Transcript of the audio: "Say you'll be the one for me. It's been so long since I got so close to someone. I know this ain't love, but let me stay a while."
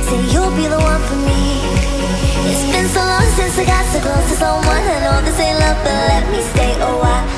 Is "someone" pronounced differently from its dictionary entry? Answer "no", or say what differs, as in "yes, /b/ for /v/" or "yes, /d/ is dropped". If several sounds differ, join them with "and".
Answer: yes, /m/ is dropped